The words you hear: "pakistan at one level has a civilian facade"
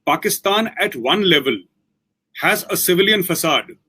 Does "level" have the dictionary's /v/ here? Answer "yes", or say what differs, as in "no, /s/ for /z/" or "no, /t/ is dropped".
yes